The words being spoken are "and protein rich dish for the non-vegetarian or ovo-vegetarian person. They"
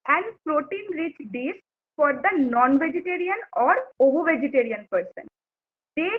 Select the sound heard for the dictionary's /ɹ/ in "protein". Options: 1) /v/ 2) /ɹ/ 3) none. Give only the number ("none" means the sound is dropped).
2